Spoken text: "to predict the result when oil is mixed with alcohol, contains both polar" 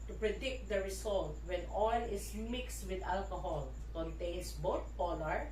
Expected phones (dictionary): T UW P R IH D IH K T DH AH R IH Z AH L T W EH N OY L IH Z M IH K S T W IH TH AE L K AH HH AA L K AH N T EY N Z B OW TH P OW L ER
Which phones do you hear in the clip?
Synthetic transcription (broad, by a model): T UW P R IH D IH K T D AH R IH S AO L T W EH N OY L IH S M IH K S T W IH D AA L K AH HH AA L K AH N T EY N S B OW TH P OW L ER